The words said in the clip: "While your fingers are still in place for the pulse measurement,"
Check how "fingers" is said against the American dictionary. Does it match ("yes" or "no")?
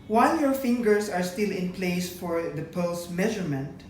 no